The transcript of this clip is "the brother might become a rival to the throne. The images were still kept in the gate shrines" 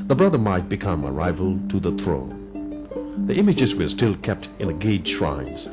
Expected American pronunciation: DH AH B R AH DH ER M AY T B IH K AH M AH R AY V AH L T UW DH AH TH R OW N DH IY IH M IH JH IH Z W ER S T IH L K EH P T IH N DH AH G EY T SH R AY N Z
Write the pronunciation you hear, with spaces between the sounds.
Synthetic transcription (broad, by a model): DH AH B R AH DH ER M AY T B IH K AH M AH R AY V AH L T UW DH AH TH R OW N DH IY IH M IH JH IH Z W ER S T IH L K EH P T IH N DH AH G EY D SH R AY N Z